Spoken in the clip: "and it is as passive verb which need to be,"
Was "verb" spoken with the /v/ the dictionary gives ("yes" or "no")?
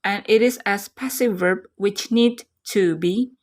yes